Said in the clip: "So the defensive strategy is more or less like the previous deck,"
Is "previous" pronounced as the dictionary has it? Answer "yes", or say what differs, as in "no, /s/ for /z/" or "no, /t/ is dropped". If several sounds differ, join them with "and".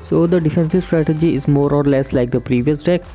yes